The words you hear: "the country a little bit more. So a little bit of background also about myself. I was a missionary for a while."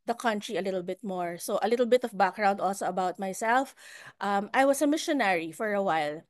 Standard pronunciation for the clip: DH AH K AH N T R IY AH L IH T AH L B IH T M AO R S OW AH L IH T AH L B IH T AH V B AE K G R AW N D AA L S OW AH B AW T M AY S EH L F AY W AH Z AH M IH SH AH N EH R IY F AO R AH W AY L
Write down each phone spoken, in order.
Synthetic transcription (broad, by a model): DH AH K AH N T R IY AH L IH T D L B IH T M AO R S OW AH L IH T L B IH T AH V B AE K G R AW N D AA L S OW AH B AW T M AY S EH L F AY W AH S AH M IH SH AH N EH R IY F AO R AH W AY L